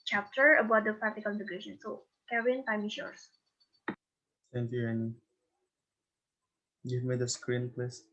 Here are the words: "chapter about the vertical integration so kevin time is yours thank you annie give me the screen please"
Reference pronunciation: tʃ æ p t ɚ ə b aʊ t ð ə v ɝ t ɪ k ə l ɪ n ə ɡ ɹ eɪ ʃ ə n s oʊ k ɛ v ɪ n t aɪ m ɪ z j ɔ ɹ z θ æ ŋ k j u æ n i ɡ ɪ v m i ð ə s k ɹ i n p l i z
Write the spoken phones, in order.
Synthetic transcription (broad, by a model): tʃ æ p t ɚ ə b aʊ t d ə p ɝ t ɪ k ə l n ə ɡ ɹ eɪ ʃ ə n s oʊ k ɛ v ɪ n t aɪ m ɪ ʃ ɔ ɹ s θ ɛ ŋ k j u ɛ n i ɡ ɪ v m i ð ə s k ɹ i n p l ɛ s